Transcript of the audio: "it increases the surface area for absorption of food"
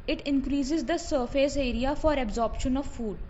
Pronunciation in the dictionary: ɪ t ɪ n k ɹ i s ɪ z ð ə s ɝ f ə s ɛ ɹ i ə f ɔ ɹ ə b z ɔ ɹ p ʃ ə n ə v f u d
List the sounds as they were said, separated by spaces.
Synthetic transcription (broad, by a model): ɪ t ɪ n k ɹ i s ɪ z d ə s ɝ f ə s ɛ ɹ i ə f ɔ ɹ ə b z ɔ ɹ p ʃ ə n ə v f u d